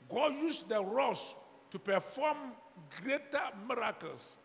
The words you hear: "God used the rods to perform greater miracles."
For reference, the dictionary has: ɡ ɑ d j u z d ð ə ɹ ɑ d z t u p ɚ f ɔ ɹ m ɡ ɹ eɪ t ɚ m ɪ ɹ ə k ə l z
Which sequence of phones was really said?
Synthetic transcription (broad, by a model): ɡ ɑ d j u s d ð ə ɹ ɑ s t u p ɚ f ɔ m ɡ ɹ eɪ t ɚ m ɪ ɹ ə k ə l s